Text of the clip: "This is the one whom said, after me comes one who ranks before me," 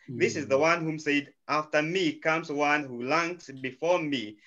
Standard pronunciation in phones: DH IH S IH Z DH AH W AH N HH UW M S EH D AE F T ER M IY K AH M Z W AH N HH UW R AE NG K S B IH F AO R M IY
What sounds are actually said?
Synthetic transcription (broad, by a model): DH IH S IH Z DH AH W AH N HH UW M S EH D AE F T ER M IY K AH M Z W AH N HH UW L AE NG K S B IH F AO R M IY